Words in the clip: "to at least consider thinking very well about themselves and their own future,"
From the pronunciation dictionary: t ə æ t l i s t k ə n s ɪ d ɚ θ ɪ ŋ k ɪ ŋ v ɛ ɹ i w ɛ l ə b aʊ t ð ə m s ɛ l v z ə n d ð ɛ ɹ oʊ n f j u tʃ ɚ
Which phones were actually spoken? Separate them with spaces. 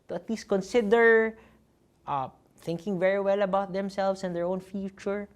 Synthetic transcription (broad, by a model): t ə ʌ t l i s t k ə n s ɪ d ɚ θ ɪ ŋ k ɪ ŋ v ɛ ɹ i w ɛ l ə b aʊ t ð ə m s ɛ l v s ə n d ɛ ɹ oʊ n f j u tʃ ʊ